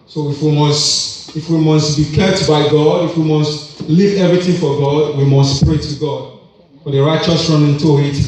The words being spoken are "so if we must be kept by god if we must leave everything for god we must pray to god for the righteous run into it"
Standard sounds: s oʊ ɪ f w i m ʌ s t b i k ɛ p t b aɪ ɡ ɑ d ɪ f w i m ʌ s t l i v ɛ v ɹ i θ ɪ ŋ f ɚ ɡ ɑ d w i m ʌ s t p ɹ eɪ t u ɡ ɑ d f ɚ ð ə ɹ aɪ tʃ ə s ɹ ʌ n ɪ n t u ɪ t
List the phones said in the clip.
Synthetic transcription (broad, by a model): s oʊ ɪ f w i m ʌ s t b i k ɛ p t b aɪ ɡ ɑ d ɪ f w i m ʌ s t l i v ɛ v ɹ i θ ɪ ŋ f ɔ ɡ ɑ d w i m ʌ s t p ɹ eɪ t u ɡ ɑ d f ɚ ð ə ɹ aɪ tʃ ə s ɹ ʌ n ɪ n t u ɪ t